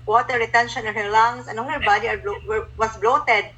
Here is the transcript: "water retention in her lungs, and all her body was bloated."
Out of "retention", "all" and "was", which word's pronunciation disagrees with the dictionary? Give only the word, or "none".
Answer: was